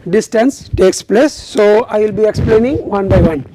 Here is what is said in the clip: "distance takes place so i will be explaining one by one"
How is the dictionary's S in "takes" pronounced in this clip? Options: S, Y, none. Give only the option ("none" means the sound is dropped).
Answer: S